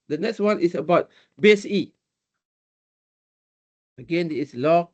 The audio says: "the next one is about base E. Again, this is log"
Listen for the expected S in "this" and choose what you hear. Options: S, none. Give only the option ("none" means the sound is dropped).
none